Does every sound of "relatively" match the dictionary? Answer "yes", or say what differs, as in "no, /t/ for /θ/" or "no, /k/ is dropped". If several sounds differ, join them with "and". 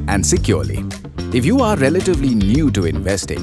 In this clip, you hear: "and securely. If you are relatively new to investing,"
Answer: yes